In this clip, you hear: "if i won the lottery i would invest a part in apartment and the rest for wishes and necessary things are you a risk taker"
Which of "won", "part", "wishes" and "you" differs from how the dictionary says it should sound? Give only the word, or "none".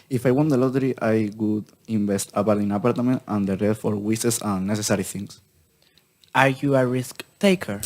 wishes